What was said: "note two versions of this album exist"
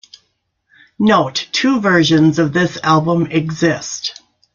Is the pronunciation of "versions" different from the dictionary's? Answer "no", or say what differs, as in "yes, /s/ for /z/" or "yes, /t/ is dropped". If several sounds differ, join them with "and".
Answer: no